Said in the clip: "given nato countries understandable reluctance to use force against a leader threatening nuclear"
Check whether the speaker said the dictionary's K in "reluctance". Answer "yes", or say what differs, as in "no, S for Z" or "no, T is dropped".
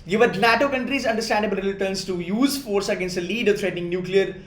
no, K is dropped